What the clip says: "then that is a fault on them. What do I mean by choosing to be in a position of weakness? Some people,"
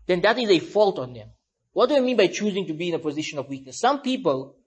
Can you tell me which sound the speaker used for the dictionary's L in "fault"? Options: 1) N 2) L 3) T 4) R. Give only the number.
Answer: 2